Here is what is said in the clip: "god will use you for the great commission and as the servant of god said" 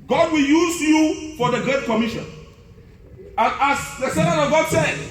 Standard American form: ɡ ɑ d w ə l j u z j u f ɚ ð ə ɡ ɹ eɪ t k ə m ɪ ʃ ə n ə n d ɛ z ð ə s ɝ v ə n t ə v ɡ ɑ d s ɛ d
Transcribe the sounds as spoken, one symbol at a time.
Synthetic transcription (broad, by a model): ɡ ɑ d w ə l j u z j u f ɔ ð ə ɡ ɹ eɪ t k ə m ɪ ʃ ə n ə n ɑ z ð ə s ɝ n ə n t ə v ɡ ɑ d s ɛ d